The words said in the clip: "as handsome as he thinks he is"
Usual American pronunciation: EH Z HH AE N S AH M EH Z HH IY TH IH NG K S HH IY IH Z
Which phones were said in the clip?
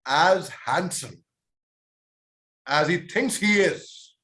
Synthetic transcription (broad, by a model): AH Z HH AE N S AH M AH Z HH IY TH IH NG K S HH IY IH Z